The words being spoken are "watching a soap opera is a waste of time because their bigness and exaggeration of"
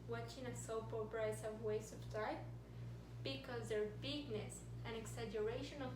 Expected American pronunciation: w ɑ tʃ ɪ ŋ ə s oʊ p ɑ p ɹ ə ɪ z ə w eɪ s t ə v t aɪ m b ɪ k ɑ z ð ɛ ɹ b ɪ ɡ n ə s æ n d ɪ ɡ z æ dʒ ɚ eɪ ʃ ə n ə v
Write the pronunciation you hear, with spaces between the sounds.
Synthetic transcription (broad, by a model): w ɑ tʃ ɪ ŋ ə s oʊ p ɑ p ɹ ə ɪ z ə w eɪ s ə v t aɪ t b ɪ k ɑ z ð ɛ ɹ b ɪ ɡ n ə s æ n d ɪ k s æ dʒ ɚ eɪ ʃ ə n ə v